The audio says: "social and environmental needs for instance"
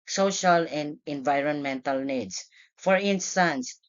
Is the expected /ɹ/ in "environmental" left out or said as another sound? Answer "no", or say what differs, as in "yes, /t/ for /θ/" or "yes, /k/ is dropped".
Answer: no